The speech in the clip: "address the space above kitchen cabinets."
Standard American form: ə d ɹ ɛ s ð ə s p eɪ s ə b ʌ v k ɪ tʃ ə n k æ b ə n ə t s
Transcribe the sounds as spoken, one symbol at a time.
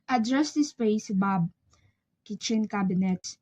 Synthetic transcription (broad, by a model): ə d ɹ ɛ s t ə s p eɪ s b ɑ b k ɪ tʃ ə n k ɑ b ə n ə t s